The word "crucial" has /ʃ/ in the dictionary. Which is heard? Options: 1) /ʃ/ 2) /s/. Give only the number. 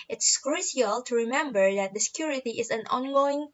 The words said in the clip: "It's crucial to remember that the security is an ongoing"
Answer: 2